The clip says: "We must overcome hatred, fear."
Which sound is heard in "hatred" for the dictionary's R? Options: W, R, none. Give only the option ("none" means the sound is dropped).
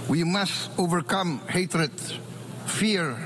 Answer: R